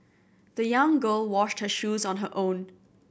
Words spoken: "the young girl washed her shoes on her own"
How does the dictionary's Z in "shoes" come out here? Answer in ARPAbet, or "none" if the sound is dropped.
Z